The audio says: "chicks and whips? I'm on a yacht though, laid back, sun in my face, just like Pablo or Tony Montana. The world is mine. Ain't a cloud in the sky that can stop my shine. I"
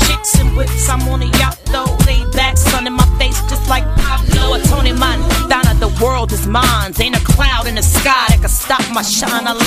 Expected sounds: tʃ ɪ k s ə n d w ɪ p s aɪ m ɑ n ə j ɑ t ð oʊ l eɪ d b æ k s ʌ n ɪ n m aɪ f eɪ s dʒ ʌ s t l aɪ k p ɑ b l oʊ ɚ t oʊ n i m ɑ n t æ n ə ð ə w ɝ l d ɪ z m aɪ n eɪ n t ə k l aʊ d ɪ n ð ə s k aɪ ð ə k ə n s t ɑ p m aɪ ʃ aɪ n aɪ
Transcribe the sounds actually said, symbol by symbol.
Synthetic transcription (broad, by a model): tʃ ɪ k s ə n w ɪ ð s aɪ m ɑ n ə j ɑ t ð oʊ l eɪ b æ k s ʌ n ɪ n m aɪ f eɪ s dʒ ʌ s t l aɪ k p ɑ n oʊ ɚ t oʊ n i m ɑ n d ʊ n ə ð ə w ɝ l d ɪ z m aɪ n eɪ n ə k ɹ aʊ d ɪ n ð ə s k aɪ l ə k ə s t ɑ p m aɪ ʃ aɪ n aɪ